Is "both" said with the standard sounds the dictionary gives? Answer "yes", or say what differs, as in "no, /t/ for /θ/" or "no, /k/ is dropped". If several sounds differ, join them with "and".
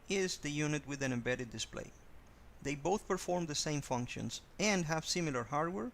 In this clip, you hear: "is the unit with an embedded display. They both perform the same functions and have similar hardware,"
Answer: yes